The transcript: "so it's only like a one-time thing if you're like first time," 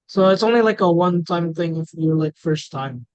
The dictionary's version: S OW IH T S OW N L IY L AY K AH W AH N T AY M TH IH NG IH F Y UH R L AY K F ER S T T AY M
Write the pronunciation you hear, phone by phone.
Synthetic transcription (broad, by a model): S OW IH T S OW N L IY L AY K AH W AH N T AY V TH IH NG IH F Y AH R L AY K F ER S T T AY M